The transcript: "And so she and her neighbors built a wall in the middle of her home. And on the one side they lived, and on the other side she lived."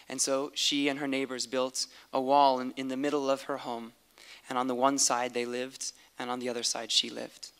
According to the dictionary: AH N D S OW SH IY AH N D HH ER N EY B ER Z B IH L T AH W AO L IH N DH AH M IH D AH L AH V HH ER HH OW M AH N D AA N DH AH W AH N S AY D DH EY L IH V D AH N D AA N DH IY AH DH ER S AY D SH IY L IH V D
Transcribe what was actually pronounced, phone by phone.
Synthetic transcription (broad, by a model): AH N S OW SH IY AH N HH ER N EY B ER Z B IH L T AH W AO L IH N DH AH M IH D L AH V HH ER HH OW M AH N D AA N DH AH W AH N S AY D DH EY L IH V D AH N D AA N DH IY AH DH ER S AY D SH IY L IH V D